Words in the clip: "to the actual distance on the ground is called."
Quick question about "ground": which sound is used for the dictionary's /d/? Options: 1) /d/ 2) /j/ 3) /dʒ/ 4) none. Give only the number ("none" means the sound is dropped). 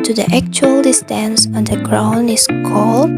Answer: 4